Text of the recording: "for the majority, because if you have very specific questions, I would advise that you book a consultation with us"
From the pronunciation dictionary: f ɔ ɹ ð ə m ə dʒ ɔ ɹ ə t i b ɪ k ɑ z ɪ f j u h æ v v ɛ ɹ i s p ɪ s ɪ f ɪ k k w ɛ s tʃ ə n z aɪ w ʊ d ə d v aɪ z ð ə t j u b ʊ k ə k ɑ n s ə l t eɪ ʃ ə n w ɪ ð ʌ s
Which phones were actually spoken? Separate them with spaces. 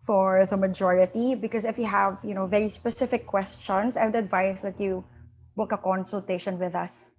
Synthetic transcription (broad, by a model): f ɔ ɹ ð ə m ə dʒ ɔ ɹ ə t i b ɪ k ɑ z ɪ f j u h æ v v ɛ ɹ i s p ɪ s ɪ f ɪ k k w ɛ s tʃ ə n s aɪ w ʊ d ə d v aɪ s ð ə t j u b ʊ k ə k ɑ n s ə l t eɪ ʃ ə n w ɪ ð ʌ s